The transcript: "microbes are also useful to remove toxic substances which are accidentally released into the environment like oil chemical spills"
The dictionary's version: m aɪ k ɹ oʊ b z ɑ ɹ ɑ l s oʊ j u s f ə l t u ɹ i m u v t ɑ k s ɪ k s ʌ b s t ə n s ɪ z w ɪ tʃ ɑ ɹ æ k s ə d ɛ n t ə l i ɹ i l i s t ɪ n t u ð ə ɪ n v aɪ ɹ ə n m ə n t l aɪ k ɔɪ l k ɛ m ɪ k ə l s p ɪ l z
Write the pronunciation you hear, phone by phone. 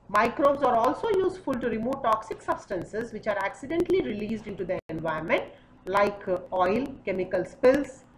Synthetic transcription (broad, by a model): m aɪ k ɹ oʊ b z ɑ ɹ ɑ l s oʊ j u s f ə l t u ɹ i m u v t ɑ k s ɪ k s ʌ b s t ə n s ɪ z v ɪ tʃ ɑ ɹ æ k s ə d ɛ n t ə l i ɹ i l i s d ɪ n t u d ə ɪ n v aɪ ə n m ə n t l aɪ k ɔɪ l k ɛ m ɪ k ə l s p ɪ l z